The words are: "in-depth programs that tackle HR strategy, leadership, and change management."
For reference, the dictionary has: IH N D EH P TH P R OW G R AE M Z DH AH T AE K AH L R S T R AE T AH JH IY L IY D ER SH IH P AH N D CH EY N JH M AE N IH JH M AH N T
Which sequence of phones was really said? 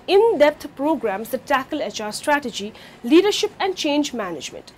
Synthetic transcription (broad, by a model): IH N D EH P T P R OW G R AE M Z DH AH T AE K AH L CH S T R AE T AH JH IY L IY D ER SH IH P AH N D CH EY N JH M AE N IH JH M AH N T